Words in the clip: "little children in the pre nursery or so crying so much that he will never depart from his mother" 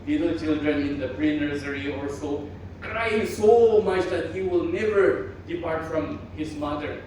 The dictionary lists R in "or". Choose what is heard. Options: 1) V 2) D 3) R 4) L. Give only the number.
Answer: 4